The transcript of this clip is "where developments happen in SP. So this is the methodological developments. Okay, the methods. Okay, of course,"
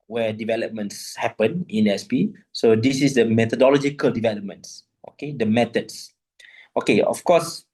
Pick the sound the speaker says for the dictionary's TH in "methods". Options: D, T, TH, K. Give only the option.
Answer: T